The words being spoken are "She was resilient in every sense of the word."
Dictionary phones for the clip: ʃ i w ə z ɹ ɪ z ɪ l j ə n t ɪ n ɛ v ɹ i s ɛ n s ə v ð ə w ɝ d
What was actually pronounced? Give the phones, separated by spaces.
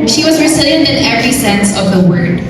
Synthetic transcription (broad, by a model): ʃ i w ə z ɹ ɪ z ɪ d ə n ɪ n ɛ v ɹ i s ɛ n s ə v ð ə w ɝ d